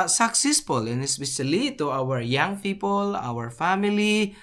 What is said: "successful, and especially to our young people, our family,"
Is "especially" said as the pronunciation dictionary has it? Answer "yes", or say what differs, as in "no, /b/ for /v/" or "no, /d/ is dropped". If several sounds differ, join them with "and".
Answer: no, /b/ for /p/ and /s/ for /ʃ/